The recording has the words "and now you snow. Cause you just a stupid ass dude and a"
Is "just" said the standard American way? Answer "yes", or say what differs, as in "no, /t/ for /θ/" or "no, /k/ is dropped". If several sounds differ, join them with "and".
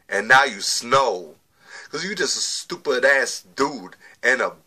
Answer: yes